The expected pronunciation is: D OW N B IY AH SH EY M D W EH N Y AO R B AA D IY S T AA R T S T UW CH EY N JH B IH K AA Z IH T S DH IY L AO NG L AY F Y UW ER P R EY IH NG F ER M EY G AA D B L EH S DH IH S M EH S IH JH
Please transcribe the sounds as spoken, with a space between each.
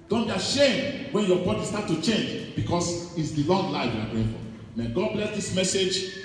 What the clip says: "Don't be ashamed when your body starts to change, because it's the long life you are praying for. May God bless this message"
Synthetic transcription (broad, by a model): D OW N B IY AH SH EY M D W EH N Y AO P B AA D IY S T AA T T UW CH EY N JH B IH K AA S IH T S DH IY L AO NG L AY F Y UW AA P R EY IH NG F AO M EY G AA D B L EH S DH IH S M EH S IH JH